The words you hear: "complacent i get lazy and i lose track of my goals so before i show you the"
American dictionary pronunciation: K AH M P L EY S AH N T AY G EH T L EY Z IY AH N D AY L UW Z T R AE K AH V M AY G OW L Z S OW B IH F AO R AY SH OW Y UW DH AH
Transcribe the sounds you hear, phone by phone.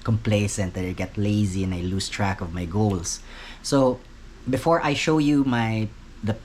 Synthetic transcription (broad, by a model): K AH M P L EY S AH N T AY G EH T L EY Z IY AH N AY L UW S T R AE K AH V M AY G OW L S S OW B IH F AO R AY SH OW Y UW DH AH